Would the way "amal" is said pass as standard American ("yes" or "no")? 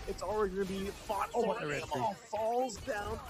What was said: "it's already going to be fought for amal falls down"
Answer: no